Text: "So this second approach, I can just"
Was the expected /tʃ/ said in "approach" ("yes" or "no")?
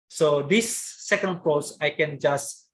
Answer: no